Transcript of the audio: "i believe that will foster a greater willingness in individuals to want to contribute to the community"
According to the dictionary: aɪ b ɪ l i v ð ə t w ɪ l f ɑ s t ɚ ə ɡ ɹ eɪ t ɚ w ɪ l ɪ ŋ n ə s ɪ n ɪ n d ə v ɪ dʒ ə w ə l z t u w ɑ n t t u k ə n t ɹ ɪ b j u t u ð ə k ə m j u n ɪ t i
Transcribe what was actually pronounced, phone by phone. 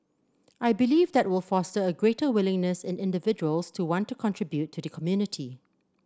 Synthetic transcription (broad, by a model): aɪ b ɪ l i v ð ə t w ɪ l f ɑ s t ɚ ə ɡ ɹ eɪ t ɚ w ɪ l ɪ ŋ n ə s ɪ n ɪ n d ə v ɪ dʒ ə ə l s t u w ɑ n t t u k ə n t ɹ ɪ b j u t u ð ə k ə m j u n ɪ t i